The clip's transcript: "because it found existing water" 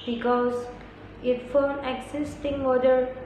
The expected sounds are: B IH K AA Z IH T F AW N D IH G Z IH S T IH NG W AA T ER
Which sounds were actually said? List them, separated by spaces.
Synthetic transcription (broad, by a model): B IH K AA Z IH T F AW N IH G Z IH S T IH NG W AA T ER